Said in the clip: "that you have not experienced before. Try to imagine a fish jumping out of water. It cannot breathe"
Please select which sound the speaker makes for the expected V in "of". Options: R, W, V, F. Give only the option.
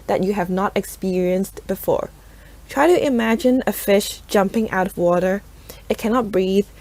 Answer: V